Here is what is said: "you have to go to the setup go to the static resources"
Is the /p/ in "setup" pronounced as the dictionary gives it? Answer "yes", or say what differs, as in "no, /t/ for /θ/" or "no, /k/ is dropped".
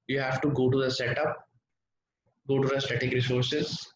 yes